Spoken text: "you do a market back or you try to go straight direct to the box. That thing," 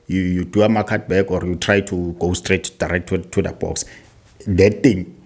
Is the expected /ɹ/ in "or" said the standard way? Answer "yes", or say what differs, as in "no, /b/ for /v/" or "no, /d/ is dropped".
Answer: yes